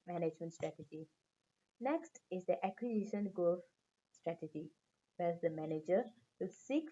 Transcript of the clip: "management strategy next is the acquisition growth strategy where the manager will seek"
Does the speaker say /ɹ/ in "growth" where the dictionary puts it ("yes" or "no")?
no